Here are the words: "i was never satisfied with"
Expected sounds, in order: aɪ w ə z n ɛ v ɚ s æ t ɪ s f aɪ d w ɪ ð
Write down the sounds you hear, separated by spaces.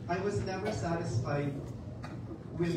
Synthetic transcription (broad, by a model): aɪ w ə z n ɛ v ɚ s æ t ɪ s f aɪ d w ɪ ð